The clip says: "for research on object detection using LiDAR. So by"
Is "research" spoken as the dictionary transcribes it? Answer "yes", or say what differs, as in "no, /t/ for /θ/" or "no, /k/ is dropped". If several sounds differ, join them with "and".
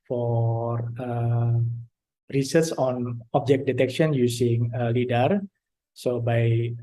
no, /s/ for /tʃ/